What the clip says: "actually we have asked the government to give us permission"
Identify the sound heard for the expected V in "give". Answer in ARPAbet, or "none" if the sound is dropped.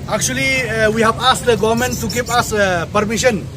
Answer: P